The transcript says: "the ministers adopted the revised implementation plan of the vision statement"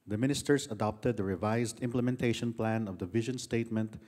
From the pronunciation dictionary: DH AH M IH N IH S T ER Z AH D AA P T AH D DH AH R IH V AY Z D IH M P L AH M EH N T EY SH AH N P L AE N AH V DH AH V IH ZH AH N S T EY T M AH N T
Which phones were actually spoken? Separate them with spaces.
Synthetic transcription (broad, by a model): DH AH M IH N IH S T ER S AH D AA P T AH D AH R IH V AY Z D IH M P L AH M EH N T EY SH AH N P L AE N AH V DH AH V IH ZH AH N S T EY T M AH N T